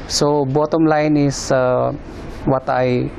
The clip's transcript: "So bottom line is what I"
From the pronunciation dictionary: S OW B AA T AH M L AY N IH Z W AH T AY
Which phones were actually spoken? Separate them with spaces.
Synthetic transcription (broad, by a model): S OW B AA T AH M L AY N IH S W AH T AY